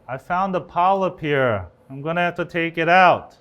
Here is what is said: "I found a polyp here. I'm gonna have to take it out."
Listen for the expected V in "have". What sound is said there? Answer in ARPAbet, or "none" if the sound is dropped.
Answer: F